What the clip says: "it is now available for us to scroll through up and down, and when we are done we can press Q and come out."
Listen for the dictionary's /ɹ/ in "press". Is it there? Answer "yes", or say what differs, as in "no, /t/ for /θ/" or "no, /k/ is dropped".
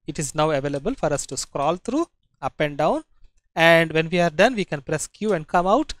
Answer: yes